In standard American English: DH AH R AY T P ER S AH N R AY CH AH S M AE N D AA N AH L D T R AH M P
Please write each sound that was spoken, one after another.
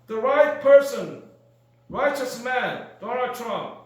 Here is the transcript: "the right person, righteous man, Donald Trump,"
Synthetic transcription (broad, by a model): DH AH R AY T P ER S AH N R AY CH AH S M AE N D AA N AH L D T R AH M P